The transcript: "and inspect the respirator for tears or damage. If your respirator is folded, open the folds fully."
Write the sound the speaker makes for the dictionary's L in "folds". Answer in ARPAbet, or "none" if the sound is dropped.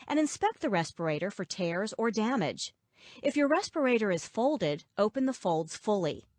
L